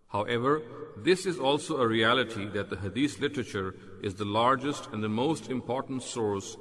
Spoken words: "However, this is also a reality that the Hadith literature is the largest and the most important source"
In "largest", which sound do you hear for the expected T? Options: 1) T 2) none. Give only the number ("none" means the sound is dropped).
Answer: 1